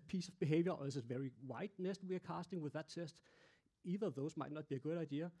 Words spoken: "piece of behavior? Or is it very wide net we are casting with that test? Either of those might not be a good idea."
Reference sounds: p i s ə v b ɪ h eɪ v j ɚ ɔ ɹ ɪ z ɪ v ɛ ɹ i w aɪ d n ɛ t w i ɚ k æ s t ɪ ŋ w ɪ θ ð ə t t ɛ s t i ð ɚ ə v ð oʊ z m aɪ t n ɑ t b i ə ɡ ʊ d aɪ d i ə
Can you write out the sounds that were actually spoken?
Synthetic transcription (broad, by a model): p i s ə v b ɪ h eɪ v j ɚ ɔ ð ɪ s ɪ v ɛ ɹ i w aɪ d n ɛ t w i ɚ k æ s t ɪ ŋ w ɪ ð ə t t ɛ s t i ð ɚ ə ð oʊ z m aɪ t n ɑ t b i ə ɡ ʊ d aɪ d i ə